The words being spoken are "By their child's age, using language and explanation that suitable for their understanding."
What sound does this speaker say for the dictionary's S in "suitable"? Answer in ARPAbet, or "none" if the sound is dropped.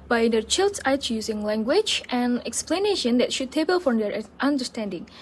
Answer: SH